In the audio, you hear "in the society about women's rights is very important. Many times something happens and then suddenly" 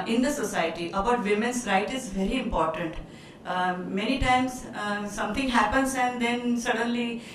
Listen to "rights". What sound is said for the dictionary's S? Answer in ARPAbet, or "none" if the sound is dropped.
none